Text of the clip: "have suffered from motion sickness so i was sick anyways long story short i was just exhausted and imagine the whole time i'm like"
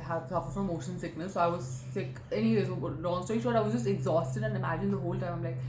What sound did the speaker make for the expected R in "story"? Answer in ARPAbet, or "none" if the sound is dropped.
none